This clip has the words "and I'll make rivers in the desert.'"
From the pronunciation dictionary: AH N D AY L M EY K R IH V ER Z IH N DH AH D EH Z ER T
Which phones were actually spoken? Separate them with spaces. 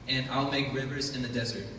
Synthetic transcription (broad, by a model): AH N AY L M EY K R IH V ER Z IH N DH AH D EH Z ER T